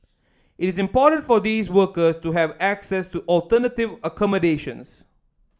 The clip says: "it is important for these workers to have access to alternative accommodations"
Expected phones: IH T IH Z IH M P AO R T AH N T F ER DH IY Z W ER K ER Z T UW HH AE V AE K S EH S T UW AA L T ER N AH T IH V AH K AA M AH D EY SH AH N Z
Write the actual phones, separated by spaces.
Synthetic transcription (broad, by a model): IH T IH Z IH M P AO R T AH N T F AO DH IY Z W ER K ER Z T UW HH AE V AE K S EH S T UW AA L T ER N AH T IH V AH K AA M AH D EY SH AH N S